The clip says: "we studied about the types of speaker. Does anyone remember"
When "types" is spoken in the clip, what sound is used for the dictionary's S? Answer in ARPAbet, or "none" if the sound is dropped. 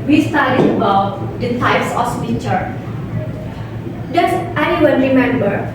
S